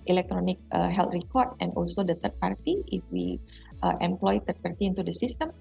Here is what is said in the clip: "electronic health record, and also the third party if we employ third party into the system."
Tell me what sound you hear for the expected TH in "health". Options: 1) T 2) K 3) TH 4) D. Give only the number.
1